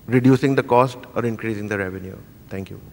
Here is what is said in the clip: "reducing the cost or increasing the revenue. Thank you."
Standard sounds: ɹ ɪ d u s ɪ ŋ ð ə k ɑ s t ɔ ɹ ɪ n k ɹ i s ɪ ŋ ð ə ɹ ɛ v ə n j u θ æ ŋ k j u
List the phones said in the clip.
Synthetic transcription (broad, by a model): ɹ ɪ d u s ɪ ŋ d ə k ɑ s t ɔ ɹ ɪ n k ɹ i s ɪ ŋ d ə ɹ ɛ v ə n j u t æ ŋ k j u